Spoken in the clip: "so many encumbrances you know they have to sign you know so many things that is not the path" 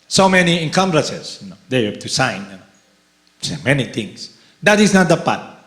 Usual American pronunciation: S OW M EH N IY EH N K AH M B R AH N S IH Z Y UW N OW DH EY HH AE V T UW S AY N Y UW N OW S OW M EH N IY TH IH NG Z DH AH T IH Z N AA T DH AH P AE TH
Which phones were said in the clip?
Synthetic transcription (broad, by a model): S OW M EH N IY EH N K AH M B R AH S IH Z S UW N OW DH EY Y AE B T UW S AY N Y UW N OW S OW M EH N IY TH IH NG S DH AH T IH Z N AA T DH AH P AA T